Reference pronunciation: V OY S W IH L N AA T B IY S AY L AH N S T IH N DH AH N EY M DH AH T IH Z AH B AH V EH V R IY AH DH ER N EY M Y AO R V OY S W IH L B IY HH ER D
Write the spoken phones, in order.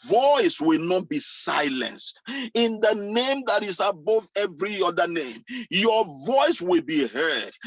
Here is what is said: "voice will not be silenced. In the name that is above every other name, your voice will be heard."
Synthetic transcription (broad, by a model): V OY S W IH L N AA T B IY S AY L AH N S T IH N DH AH N EY M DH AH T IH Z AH B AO V EH V R IY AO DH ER N EY M Y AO V OY S W IH L B IY HH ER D